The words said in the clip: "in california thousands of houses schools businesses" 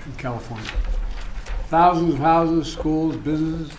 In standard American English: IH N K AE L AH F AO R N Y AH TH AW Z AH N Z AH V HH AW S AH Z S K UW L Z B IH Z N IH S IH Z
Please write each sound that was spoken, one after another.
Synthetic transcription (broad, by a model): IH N K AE L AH F AO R N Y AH TH AW Z AH N Z AH V HH AW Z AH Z S K UW L Z B IH Z N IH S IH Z